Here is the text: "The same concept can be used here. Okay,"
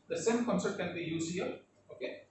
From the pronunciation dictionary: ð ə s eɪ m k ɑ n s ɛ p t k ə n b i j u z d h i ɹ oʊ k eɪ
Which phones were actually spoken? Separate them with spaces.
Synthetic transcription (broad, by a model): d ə s eɪ m k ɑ n s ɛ t k ə n b i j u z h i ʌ oʊ k eɪ